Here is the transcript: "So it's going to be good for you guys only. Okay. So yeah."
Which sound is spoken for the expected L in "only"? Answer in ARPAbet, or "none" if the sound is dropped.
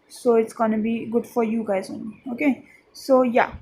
none